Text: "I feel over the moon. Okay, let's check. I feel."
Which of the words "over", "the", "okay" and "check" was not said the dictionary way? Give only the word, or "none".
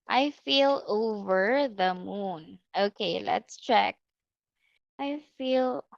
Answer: none